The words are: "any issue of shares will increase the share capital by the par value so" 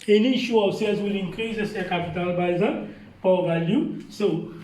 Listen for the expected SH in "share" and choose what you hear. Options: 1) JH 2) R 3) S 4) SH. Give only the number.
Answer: 3